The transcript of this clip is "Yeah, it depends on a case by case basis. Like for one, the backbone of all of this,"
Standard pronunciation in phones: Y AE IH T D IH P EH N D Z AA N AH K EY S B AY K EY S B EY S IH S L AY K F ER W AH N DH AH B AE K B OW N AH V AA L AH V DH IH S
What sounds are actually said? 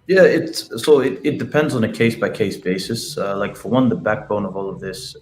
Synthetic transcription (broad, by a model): Y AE IH T D IH P EH N D Z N AH K EY S B AY K EY S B EY S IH S L AY K F ER W AH N DH AH B AE K B OW N AH V AA L AH V DH IH S